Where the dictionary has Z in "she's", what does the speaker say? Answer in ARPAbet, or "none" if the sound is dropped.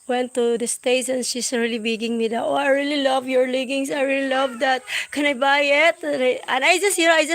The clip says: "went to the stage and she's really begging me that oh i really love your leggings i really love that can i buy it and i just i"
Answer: S